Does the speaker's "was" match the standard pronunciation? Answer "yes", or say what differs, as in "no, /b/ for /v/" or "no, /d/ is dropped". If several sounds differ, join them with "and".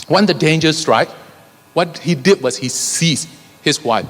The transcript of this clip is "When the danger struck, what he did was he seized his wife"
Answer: no, /s/ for /z/